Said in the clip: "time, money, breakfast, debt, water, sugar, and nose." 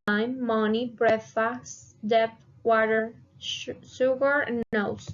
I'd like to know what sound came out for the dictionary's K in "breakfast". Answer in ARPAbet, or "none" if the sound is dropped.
none